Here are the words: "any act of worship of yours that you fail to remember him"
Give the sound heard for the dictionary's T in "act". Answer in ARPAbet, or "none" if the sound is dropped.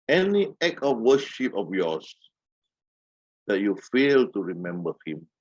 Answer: none